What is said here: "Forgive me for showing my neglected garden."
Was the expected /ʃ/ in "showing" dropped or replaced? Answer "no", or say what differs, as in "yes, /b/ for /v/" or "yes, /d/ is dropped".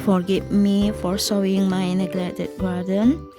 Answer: yes, /s/ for /ʃ/